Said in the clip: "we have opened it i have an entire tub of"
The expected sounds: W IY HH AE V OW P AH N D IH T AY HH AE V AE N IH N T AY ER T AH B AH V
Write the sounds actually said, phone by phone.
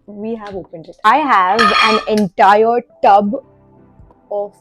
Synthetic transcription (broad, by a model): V IY HH AE V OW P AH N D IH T AY HH AE V AE N IH N T AY ER T AH B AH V